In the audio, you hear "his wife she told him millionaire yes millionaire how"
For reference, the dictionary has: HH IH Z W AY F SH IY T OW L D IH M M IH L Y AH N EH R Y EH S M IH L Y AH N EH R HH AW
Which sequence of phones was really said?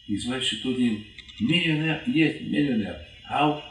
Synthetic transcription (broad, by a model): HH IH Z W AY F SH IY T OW D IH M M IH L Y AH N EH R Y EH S M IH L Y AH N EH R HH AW